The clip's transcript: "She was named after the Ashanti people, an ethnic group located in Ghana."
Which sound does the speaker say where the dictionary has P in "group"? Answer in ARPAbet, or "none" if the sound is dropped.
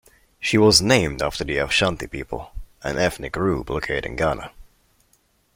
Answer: B